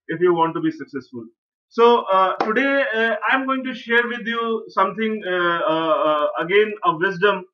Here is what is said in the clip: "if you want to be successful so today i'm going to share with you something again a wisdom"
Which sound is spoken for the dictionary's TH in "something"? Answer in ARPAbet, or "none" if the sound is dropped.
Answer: T